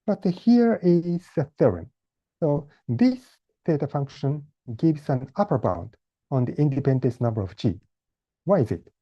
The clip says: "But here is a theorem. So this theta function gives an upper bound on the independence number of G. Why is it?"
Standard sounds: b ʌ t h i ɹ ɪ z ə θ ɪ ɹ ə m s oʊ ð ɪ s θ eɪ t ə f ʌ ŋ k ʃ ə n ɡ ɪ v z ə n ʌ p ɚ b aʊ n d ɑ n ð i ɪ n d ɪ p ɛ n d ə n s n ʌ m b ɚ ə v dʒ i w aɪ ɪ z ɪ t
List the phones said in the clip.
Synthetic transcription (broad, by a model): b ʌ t h i ɹ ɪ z ə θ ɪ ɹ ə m s oʊ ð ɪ s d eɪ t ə f ʌ ŋ k ʃ ə n ɡ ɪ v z ə n ʌ p ɚ b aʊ n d ɑ n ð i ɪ n d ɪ p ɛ n d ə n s n ʌ m b ɚ ə v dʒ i w aɪ ɪ z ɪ t